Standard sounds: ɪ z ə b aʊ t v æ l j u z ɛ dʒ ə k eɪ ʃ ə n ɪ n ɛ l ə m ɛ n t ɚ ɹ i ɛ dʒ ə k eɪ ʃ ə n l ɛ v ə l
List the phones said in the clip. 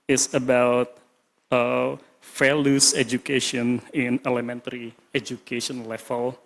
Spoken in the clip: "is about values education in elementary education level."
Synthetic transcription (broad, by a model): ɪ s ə b aʊ t f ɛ l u s ɛ dʒ ə k eɪ ʃ ə n ɪ n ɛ l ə m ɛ n t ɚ ɹ i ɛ dʒ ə k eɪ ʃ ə n l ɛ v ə l